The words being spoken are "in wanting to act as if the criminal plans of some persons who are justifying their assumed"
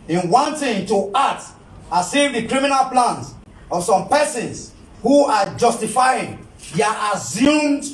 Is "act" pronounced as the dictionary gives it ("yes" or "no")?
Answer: no